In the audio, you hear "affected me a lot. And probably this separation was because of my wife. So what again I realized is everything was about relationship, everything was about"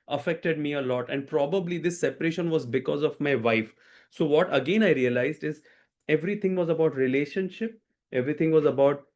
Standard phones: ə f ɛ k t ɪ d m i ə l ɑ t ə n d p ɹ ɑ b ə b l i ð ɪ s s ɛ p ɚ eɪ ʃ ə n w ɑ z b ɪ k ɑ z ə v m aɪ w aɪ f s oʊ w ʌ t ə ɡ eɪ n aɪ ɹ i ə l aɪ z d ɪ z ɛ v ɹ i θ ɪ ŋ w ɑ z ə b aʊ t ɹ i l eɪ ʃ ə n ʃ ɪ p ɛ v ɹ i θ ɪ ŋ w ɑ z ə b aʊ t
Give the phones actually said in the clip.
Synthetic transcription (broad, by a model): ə f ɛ k t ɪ d m i ə l ɑ t ə n d p ɹ ɑ b ə b l i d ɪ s s ɛ p ɚ eɪ ʃ ə n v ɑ z b ɪ k ɑ z ə v m aɪ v aɪ f s oʊ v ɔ t ə ɡ eɪ n aɪ ɹ i ə l aɪ z d ɪ z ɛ v ɹ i t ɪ ŋ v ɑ z ə b aʊ t ɹ i l eɪ ʃ ə n ʃ ɪ p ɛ v ɹ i t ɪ ŋ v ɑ z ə b aʊ t